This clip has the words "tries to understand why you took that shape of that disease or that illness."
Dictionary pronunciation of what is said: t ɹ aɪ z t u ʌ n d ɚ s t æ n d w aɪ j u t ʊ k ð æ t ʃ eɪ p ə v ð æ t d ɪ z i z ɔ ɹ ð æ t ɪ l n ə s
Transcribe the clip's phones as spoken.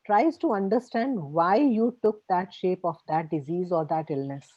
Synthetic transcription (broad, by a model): t ɹ aɪ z t u ʌ n d ɚ s t æ n d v aɪ j u t ʊ k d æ t ʃ eɪ p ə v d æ t d ɪ z i z ɔ ɹ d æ t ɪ l n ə s